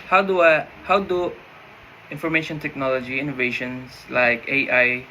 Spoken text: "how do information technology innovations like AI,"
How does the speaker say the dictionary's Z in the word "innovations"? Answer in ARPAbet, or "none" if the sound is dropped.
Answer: S